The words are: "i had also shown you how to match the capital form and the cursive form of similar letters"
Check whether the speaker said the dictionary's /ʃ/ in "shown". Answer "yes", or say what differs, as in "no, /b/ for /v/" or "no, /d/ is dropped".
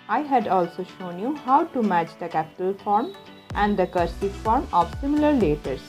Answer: yes